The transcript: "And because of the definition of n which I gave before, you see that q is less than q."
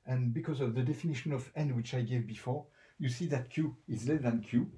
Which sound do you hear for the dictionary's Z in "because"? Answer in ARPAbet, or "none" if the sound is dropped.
Z